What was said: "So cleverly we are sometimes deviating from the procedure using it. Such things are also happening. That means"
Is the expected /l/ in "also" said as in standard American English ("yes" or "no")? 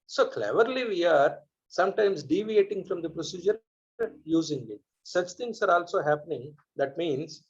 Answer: yes